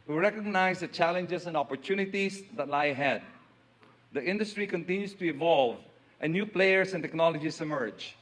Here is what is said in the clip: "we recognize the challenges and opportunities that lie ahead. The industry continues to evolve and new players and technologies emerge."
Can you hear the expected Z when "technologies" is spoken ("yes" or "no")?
no